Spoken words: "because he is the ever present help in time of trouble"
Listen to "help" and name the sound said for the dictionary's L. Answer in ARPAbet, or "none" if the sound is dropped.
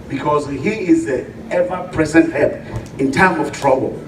none